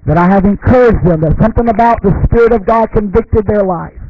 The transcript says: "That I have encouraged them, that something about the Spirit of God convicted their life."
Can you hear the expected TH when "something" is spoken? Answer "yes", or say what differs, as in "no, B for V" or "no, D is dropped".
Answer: yes